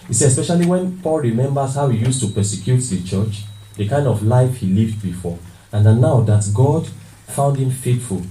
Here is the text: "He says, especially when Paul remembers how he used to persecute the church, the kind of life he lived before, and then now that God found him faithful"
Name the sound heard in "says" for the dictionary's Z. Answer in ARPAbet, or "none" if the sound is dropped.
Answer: none